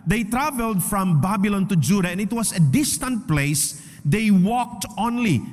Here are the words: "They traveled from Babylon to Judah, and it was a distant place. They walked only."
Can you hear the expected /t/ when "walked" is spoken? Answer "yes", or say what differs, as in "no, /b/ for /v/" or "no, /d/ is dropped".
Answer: yes